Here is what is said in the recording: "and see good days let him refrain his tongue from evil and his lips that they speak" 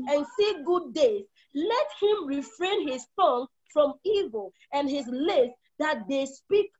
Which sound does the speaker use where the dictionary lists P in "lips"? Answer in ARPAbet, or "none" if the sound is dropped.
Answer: none